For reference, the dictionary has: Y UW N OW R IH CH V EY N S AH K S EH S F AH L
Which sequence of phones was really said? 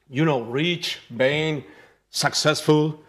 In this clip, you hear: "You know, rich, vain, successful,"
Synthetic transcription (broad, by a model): Y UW N OW R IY CH B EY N S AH K S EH S F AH L